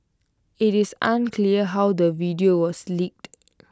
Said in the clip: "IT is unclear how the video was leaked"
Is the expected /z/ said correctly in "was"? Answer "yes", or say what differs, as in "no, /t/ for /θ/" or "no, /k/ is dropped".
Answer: no, /s/ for /z/